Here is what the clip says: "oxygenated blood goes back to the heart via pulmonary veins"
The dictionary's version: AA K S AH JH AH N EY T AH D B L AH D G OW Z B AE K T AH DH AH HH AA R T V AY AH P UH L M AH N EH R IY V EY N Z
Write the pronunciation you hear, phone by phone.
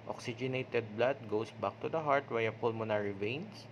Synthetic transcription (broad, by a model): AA K S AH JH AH N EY T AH D B L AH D G OW S B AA K T AH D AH HH AA R T W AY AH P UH L M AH N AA R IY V EY N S